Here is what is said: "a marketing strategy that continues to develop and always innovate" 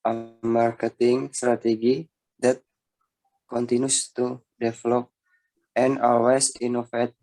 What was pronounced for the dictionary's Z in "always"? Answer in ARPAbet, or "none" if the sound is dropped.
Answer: S